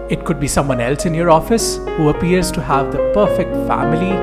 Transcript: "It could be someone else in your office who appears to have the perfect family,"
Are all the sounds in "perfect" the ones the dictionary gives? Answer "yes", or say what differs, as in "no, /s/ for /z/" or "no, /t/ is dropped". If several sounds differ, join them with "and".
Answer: yes